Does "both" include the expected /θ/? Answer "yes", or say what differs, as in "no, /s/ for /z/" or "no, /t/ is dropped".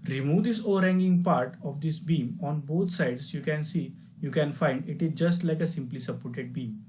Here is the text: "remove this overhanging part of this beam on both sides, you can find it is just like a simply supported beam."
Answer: no, /t/ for /θ/